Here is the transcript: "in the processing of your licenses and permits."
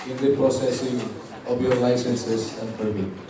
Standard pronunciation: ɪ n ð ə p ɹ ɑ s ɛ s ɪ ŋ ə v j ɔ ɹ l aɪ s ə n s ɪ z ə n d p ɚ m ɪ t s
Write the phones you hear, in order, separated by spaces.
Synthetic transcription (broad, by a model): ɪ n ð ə p ɹ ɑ s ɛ s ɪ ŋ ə p j ɔ ɹ l aɪ s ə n s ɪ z ə n d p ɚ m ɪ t